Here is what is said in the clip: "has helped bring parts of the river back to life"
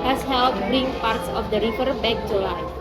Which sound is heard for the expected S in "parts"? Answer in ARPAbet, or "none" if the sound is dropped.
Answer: S